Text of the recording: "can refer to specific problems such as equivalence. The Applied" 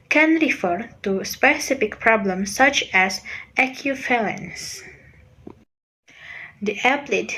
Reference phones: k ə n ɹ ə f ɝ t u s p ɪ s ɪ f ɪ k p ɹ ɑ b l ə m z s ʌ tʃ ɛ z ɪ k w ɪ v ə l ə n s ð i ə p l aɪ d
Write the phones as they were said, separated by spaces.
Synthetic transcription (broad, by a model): k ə n ɹ ə f ɝ t u s p ɪ s ɪ f ɪ k p ɹ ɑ b l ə m s ʌ tʃ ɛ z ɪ k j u f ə l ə n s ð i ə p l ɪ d